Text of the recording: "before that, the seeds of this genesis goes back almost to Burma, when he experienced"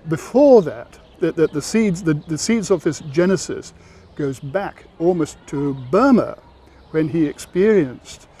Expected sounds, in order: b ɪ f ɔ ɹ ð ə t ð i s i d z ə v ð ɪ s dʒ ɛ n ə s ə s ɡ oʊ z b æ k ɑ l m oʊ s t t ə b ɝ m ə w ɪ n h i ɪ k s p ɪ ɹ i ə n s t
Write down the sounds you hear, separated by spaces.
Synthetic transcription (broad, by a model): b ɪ f ɔ ɹ ð ə t ð i s i d z ə v ð ɪ s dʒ ɛ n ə s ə s ɡ oʊ z b æ k ɑ l m oʊ s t t ə b ɝ m ə w ɪ n i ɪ k s p ɪ ɹ i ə n s t